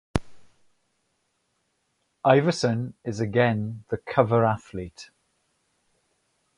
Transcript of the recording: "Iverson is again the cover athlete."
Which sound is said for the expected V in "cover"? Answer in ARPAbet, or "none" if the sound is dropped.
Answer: V